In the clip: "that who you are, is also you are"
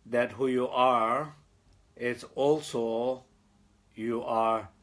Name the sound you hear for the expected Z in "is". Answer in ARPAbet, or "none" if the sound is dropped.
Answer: S